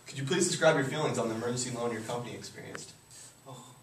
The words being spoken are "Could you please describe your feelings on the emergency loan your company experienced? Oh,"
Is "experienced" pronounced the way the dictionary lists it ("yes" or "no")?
yes